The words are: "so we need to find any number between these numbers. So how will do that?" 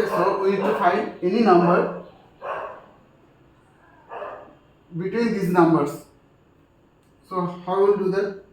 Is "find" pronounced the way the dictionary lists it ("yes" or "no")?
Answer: no